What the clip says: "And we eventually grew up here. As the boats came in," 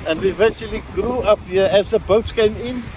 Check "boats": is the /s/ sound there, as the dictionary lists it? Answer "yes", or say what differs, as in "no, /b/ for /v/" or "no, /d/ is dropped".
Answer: no, /s/ is dropped